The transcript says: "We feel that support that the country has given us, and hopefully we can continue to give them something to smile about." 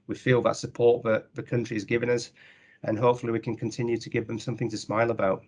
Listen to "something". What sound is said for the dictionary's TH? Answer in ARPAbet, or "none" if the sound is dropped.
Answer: TH